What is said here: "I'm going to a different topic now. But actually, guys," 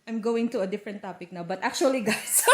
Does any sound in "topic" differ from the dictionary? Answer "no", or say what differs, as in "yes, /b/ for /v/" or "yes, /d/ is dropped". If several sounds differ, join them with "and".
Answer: no